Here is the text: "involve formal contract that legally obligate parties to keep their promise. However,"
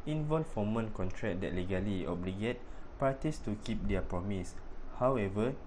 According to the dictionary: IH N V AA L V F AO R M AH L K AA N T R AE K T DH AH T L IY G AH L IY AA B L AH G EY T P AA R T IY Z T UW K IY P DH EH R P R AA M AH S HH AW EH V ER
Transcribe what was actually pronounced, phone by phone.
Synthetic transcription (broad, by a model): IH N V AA L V F AO M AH N K AA N T R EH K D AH T L IY G AH L IY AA B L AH G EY T P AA T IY S T UW K IY P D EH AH P R AA M AH S HH AW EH V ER